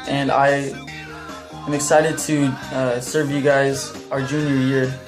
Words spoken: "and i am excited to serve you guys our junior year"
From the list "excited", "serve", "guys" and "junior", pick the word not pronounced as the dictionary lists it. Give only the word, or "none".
none